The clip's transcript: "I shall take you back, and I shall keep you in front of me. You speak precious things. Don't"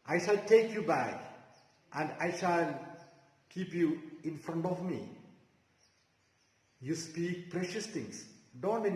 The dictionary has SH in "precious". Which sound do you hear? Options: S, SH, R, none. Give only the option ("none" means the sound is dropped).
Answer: SH